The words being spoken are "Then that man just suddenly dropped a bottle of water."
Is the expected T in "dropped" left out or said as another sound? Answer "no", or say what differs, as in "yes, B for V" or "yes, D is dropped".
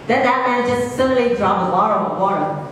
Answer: yes, T is dropped